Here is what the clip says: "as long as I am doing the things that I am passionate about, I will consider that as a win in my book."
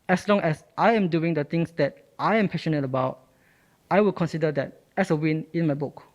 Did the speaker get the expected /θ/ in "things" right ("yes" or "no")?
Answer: no